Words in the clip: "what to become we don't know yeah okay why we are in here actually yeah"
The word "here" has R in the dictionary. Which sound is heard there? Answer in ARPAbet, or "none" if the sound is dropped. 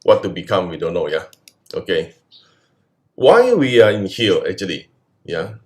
L